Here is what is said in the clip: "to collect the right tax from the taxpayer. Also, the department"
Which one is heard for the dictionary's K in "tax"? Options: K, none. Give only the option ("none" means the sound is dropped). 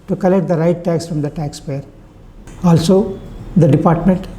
K